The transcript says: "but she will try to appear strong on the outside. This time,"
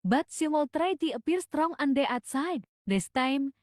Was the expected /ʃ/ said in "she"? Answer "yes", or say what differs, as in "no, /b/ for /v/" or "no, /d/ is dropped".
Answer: no, /s/ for /ʃ/